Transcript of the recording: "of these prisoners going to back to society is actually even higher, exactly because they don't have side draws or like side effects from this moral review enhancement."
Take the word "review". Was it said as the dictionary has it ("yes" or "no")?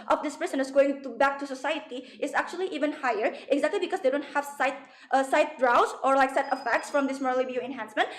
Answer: no